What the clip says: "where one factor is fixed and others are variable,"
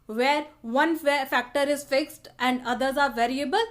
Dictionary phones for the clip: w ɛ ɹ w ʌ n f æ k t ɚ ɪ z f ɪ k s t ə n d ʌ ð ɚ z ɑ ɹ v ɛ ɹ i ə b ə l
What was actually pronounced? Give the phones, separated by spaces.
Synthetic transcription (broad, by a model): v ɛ ɹ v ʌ n f æ k t ɚ ɪ z f ɪ k s t ə n d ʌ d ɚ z ɑ ɹ v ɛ ɹ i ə b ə l